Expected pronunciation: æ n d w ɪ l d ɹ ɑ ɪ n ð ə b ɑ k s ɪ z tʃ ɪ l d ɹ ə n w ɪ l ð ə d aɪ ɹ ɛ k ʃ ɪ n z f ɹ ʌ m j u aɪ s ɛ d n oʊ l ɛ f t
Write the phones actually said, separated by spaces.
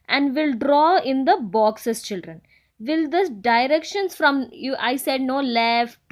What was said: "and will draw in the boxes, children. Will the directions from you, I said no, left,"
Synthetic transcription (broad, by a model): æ n d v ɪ l d ɹ ɑ ɪ n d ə b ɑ k s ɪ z tʃ ɪ l d ɹ ə n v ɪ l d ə d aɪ ɹ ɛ k ʃ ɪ n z f ɹ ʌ m j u aɪ s ɛ d n oʊ l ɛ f